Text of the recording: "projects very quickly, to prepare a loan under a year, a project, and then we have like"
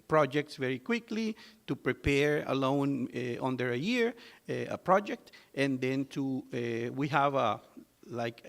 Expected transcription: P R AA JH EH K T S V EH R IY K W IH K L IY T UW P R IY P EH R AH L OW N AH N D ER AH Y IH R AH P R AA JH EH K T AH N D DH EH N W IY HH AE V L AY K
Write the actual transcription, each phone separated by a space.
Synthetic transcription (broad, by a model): P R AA JH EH K T S V EH R IY K W IH K L IY T UW P R IY P EH R AH L OW N AH N D ER AH Y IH R AH P R AA JH EH K T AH N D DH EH N W IY HH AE V L AY K